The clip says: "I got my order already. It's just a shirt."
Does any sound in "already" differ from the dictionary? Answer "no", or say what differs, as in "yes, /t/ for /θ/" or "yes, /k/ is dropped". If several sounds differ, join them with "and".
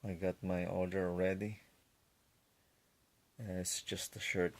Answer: no